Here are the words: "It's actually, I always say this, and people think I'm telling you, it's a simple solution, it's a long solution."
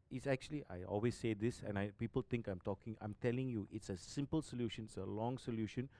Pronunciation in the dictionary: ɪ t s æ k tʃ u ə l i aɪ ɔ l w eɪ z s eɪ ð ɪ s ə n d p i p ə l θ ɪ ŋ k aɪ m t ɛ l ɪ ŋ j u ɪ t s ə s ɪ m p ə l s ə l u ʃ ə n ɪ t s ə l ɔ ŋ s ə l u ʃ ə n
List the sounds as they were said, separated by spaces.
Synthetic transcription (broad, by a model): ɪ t s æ k tʃ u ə l i aɪ ɔ l w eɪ s eɪ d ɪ s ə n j p i p ə l t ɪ ŋ k aɪ m t ɛ l ɪ ŋ j u ɪ t s ə s ɪ m p ə l s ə l u ʃ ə n ɪ t s ə l ɔ ŋ s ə l u ʃ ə n